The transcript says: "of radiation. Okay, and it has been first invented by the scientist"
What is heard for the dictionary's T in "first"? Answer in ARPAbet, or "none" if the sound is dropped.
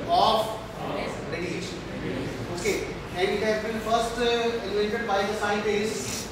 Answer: T